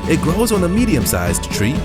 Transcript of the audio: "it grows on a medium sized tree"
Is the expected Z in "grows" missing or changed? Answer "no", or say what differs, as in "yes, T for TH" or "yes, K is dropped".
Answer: no